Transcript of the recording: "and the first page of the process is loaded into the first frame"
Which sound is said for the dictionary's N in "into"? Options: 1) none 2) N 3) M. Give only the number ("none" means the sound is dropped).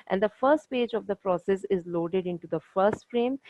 2